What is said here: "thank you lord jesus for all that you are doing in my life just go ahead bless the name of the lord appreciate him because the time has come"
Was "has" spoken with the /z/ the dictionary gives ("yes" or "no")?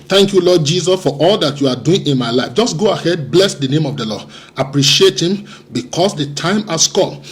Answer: no